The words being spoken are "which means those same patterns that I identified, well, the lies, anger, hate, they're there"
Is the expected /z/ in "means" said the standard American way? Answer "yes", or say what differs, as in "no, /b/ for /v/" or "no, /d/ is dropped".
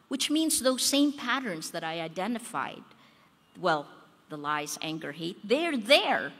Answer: yes